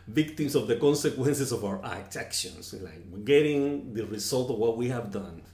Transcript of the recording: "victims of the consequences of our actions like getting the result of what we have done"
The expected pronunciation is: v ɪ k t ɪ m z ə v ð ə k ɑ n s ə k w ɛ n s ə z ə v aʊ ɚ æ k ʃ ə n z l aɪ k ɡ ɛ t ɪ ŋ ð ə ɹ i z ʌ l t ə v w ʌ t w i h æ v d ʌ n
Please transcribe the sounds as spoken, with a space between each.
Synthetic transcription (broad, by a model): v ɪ k t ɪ m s ə v ð ə k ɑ n s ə k w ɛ n s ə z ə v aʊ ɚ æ k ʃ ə n s l aɪ k ɡ ɛ t ɪ ŋ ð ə ɹ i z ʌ l t ə v w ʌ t w i h æ v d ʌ n